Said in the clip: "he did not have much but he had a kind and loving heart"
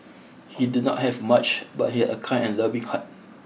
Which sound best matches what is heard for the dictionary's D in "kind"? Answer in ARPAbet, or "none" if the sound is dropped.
none